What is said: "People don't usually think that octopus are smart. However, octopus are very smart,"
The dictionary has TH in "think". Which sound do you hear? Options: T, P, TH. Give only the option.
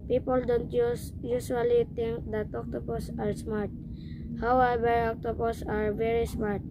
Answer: T